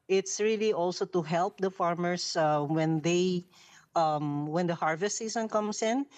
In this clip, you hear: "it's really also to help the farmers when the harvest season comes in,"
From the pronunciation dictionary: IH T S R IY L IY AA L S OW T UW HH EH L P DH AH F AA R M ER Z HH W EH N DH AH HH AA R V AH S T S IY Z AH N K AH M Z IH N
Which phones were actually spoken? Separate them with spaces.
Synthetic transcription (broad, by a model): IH T S R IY L IY AA L S OW T UW HH EH L P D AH F AA R M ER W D W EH N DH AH HH AA R V AH S T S IY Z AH N K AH M S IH N